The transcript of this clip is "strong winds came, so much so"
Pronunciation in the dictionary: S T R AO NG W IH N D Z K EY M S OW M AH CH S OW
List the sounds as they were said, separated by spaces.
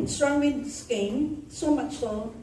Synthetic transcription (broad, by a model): S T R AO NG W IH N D S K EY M S OW M AH CH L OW